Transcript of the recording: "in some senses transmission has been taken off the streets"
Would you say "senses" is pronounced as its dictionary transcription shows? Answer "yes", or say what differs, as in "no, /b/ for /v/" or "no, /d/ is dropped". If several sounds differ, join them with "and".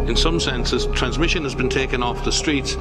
yes